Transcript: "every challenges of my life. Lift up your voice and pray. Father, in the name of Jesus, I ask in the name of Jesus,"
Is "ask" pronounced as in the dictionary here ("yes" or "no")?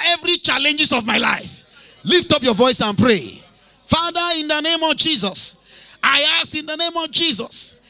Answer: no